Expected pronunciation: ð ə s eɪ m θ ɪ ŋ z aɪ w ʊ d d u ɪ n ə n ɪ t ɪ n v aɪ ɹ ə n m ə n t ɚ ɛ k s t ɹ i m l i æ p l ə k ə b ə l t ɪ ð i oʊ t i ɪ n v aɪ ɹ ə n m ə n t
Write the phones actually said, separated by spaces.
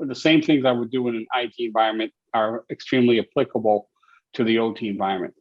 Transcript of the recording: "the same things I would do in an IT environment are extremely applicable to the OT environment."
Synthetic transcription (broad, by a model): ð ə s eɪ m θ ɪ ŋ z aɪ w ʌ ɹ d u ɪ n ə n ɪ t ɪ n v aɪ ɹ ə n m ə n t ɚ ɛ k s t ɹ i m l i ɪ p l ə k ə b l t ɪ ð i oʊ t i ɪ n v aɪ ɹ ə n m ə n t